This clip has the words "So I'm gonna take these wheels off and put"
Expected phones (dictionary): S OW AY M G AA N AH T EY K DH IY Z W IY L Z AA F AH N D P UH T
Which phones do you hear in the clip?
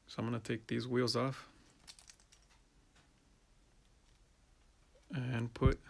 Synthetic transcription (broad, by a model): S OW AY M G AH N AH T EY K DH IY Z W IY L Z AA F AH N P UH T